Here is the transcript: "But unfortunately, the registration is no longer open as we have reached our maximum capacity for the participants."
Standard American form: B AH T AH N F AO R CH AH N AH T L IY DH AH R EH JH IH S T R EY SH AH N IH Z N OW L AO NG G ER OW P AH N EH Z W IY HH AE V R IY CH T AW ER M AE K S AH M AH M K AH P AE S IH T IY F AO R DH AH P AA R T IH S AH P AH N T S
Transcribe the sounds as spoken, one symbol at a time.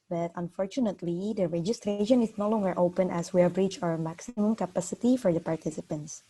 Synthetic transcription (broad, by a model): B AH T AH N F AO R CH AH N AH T L IY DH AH R EH JH IH S T R EY SH AH N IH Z N OW L AO NG G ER OW P AH N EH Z W IY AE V R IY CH AW ER M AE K S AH M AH M K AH P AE S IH T IY F AO R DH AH P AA R T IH S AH P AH N T S